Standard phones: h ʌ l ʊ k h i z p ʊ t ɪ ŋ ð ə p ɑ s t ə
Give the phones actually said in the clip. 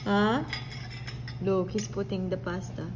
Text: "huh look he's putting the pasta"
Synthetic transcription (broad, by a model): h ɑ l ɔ k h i s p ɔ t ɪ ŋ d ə p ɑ s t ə